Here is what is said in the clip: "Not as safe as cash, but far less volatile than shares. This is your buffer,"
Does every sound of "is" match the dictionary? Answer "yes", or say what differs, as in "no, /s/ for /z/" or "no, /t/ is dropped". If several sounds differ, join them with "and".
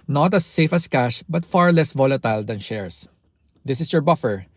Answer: no, /s/ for /z/